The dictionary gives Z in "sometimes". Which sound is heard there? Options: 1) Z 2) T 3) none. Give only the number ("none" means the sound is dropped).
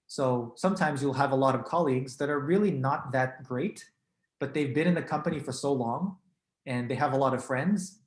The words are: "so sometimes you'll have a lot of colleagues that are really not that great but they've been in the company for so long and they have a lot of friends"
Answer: 1